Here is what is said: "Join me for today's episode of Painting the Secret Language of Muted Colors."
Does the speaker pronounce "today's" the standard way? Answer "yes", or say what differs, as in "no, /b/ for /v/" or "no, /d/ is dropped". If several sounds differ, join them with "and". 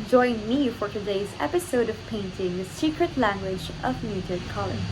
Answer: yes